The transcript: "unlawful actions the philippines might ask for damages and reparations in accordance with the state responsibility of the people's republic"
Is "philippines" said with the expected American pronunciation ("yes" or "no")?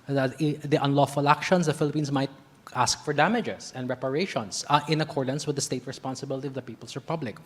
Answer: no